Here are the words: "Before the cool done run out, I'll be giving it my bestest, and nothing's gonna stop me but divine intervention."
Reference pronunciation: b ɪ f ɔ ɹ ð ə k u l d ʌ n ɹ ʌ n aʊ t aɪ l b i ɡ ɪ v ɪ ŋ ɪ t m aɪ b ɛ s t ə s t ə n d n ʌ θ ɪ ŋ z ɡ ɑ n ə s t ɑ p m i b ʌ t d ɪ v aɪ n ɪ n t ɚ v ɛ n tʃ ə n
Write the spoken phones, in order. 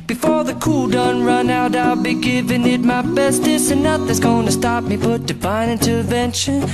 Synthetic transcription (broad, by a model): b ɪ f ɔ ɹ ð ə k u l d ʌ n ɹ ʌ n aʊ t aɪ l b i ɡ ɪ v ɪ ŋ ɪ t m aɪ b ɛ s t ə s ə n n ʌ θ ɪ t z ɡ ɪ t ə s t ɑ p m i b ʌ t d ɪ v aɪ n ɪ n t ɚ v ɛ n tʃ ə n